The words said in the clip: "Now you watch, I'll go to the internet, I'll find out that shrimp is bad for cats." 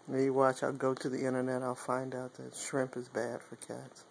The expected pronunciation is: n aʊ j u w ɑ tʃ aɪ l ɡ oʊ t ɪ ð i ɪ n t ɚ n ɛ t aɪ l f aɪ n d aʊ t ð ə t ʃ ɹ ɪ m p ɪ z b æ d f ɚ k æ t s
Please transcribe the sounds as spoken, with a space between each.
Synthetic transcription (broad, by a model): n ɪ j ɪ w ɑ tʃ aɪ l ɡ oʊ t ɪ ð i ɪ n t ɚ n ɛ t aɪ l f aɪ n d aʊ t ð ə t ʃ ɹ ɪ m p ɪ z b æ d f ɚ k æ t s